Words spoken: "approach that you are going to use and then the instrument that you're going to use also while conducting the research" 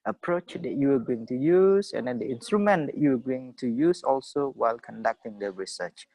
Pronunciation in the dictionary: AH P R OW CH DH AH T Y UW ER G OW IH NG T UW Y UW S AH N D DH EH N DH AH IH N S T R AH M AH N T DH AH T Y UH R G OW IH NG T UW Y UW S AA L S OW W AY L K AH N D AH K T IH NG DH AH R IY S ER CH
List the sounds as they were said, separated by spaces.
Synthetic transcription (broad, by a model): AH P R OW CH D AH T Y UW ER G OW IH NG T UW Y UW S AH N D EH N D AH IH N S T R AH M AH N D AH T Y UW W G OW IH NG T UW Y UW S AA L S OW W AY L K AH N D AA K T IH NG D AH R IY S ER CH